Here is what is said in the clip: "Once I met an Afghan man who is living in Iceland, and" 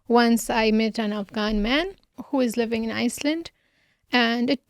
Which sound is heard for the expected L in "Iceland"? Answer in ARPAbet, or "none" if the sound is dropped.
L